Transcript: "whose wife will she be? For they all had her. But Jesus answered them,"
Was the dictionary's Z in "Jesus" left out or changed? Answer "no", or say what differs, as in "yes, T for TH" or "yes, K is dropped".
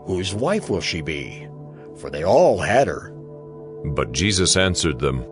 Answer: no